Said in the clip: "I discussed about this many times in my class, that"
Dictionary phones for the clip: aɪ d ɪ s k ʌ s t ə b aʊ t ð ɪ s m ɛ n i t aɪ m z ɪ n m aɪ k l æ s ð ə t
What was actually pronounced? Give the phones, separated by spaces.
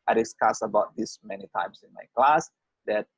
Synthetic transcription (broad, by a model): aɪ d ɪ s k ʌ s ə b aʊ t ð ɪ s m ɛ n i t aɪ m s ɪ n m aɪ k l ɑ s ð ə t